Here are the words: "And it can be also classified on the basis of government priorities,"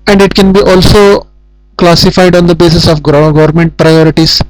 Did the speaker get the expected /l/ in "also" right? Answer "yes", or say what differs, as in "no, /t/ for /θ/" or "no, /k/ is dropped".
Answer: yes